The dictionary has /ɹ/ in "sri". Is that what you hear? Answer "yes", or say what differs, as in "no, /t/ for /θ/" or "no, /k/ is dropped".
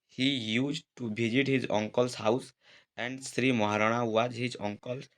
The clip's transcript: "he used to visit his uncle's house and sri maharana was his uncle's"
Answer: yes